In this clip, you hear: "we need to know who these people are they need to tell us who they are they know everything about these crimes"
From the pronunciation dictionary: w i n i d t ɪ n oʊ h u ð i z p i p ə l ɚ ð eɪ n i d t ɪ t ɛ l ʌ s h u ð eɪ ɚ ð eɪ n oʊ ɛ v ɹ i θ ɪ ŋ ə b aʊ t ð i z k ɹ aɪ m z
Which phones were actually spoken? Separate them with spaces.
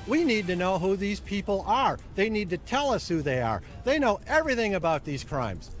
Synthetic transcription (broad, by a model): w i n i d t ɪ n oʊ h u ð i z p i p l ɚ ð eɪ n i d t ɪ t ɛ l ʌ s h u ð eɪ ɚ ð eɪ n oʊ ɛ v ɹ i θ ɪ ŋ ə b aʊ t ð i z k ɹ aɪ m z